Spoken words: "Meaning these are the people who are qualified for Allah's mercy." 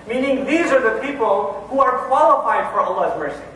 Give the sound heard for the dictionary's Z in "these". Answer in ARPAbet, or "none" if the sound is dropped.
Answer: Z